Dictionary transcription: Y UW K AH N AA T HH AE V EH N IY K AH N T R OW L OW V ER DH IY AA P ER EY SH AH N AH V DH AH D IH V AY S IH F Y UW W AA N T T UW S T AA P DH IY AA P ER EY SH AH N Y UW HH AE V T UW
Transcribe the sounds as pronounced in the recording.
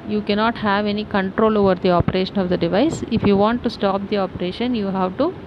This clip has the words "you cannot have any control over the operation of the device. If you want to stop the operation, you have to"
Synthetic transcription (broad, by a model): Y UW K AH N AA T HH AE V EH N IY K AH N T R OW L OW V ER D IY AA P ER EY SH AH N AH V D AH D IH V AY S IH F Y UW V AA N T T UW S T AA P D IY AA P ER EY SH AH N Y UW HH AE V T UW